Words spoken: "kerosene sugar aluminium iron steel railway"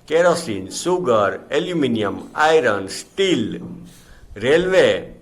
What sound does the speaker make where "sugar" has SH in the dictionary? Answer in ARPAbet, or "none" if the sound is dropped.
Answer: S